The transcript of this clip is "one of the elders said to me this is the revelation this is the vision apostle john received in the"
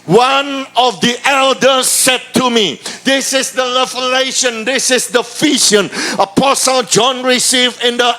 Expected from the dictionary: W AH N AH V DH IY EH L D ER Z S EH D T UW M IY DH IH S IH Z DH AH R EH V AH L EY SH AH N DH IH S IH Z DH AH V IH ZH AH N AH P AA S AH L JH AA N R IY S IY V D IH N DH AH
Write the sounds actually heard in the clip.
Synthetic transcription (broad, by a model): W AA N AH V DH IY EH L D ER S EH D T UW M IY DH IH S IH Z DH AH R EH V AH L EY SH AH N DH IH S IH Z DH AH F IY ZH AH N AH P AA S AH L JH AA N R IY S IY V D IH N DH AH